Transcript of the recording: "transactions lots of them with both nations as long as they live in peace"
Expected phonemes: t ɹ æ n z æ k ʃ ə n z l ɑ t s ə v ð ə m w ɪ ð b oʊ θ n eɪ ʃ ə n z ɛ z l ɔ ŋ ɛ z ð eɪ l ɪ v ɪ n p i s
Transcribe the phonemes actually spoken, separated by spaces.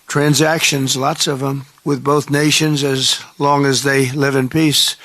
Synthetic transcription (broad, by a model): t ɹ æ n z æ k ʃ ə n z l ɑ t s ə v ð ə m w ɪ ð b oʊ θ n eɪ ʃ ə n z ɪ z l ɔ ŋ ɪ z ð eɪ l ɪ v ɪ n p i s